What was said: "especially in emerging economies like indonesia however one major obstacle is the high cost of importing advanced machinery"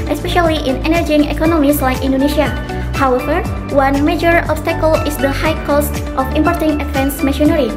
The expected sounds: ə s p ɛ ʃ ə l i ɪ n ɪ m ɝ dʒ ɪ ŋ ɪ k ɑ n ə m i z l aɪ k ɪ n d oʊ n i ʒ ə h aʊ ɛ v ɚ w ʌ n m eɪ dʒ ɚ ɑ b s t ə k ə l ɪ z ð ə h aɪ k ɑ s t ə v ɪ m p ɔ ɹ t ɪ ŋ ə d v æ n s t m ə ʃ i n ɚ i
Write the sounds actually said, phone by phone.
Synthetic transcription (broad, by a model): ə s p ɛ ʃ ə l i ɪ n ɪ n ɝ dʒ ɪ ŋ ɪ k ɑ n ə m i s l aɪ k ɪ n d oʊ n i ʃ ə h aʊ ɛ v ɚ w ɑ n m eɪ dʒ ɚ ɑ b s t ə k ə l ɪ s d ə h aɪ k ɑ s t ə f ɪ m p ɔ ɹ t ɪ ŋ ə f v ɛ n s m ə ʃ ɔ n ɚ i